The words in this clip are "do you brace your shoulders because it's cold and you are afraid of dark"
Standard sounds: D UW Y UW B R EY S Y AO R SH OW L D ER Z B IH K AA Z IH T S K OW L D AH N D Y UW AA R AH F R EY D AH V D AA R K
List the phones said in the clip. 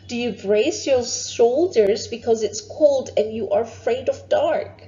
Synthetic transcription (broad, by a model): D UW Y UW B R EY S Y AO R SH OW L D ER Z B IH K AA Z IH T S K OW L D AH N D Y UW AA R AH F R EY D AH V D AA R K